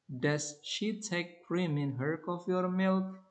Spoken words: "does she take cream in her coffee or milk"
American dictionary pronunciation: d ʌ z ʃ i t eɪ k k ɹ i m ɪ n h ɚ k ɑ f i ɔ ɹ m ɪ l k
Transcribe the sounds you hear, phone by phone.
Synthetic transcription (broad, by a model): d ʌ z ʃ i t eɪ k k ɹ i m ɪ n h ɚ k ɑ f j ɔ ɹ m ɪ l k